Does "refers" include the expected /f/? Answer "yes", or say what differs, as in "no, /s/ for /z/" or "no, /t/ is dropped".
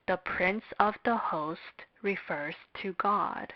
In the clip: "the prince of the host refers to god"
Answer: yes